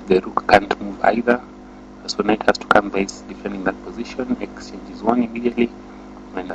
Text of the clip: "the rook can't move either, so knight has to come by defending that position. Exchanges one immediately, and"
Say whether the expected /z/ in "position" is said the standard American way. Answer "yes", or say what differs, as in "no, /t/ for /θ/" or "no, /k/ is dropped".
yes